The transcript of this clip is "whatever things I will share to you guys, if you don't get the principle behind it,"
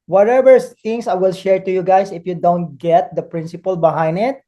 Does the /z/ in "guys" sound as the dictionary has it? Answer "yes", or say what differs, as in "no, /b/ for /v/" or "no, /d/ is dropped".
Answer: no, /s/ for /z/